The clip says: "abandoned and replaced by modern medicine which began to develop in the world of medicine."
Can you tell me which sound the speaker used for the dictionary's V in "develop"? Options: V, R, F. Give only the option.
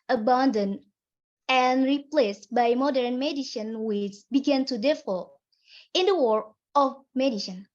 F